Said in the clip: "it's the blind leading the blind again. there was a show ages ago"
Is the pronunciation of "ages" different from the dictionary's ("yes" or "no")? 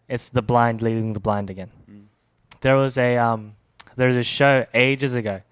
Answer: no